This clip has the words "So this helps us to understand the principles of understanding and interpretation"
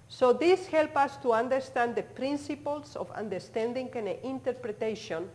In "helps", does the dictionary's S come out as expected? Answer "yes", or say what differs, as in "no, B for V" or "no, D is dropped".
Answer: no, S is dropped